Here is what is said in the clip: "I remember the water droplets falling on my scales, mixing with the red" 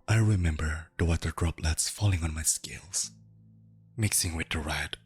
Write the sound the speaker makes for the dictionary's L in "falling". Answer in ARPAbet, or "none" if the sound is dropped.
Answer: L